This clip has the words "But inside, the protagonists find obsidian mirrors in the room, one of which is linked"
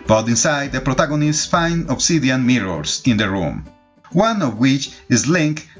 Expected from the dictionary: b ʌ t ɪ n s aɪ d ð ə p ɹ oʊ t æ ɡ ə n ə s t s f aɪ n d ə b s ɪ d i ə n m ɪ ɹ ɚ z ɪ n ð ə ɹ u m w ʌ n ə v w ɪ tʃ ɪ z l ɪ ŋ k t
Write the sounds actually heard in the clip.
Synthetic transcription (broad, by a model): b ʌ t ɪ n s aɪ d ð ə p ɹ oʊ t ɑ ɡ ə n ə s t f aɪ n ə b s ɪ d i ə n m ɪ ɹ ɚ s ɪ n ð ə ɹ u m w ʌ n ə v w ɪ tʃ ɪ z l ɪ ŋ k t